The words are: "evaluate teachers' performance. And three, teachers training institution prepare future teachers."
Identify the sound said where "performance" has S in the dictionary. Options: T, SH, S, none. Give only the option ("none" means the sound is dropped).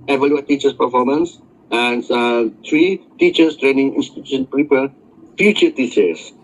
S